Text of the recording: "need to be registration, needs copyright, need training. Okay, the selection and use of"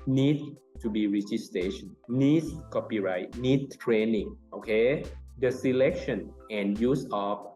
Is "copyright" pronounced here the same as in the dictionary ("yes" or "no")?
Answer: yes